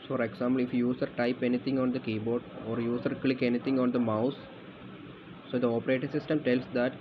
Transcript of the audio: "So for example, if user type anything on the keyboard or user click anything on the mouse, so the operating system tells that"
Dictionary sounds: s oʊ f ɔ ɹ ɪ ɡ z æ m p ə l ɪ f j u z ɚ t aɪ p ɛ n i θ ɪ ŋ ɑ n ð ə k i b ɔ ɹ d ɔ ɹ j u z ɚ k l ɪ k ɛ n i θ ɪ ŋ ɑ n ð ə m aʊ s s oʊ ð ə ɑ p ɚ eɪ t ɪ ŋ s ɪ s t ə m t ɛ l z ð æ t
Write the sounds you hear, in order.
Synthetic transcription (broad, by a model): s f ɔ ɹ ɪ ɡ s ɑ m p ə l ɪ f j u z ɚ t aɪ p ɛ n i t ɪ ŋ ɑ n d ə k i b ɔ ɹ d ɔ ɹ j u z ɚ k l ɪ k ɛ n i t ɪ ŋ ɑ n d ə m aʊ s s oʊ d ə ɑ p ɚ eɪ t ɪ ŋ s ɪ s t ə m t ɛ l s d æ t